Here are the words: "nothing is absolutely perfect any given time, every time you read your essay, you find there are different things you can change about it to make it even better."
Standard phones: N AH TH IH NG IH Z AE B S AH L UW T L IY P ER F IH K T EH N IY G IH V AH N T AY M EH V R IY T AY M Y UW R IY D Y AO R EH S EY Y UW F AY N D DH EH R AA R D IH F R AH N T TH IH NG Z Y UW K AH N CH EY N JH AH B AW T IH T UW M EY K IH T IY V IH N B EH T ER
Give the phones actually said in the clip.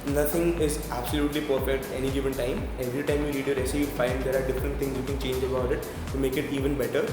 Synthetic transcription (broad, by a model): N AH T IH NG IH Z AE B S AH L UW T L IY P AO P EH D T EH N IY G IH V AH N T AY M EH V R IY T AY M Y UW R IY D Y AO R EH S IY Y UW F AY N D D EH R AA R D IH F R AH N T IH NG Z Y UW K AH N CH EY N JH AH B AW T IH T UW M EY K IH T IY V IH N B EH T ER